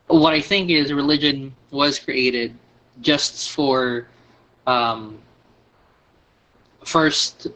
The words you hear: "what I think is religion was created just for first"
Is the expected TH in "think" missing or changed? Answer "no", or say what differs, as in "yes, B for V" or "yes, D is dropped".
no